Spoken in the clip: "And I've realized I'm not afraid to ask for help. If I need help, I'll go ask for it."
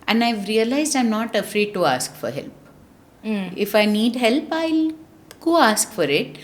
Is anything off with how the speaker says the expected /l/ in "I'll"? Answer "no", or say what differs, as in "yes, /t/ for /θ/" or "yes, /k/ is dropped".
no